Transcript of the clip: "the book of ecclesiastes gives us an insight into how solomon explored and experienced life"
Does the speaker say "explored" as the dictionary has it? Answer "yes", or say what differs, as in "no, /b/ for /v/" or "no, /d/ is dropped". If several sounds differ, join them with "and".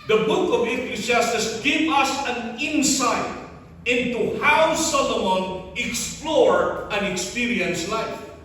no, /d/ is dropped